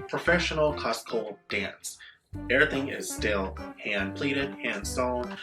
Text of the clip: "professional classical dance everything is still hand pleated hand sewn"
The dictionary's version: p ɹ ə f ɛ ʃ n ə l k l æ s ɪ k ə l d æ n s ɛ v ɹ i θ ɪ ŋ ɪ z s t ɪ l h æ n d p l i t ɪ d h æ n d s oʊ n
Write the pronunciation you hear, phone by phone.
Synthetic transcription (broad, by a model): p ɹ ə f ɛ ʃ n l k ɔ s k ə l d æ n s ɛ v ɹ i θ ɪ ŋ ɪ z s t ɪ l h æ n p l i t ɪ d h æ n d s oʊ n